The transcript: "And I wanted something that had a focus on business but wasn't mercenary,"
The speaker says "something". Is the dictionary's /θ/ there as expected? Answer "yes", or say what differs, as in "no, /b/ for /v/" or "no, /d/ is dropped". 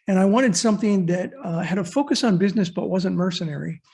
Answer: yes